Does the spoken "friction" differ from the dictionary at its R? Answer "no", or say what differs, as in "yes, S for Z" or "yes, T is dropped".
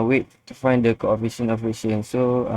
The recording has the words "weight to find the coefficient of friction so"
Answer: yes, R is dropped